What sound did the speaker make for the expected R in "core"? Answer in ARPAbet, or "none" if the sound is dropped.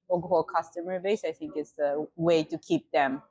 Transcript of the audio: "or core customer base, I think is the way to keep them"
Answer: L